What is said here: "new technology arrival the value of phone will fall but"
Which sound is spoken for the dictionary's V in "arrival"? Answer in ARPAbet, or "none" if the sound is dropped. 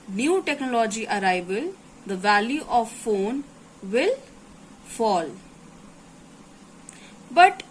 B